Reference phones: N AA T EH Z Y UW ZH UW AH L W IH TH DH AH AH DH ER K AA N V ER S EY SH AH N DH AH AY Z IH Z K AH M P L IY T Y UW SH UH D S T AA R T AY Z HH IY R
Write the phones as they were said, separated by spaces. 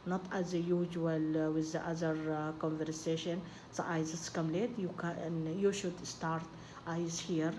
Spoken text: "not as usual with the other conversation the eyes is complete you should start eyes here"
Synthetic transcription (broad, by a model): N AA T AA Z Y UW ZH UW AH L W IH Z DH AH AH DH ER K AA N V ER S EY SH AH N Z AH AY Z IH S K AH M L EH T Y UW SH UH D S T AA R T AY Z HH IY R